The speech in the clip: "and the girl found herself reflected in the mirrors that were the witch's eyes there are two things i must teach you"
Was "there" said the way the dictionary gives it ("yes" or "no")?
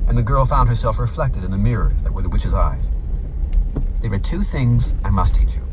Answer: no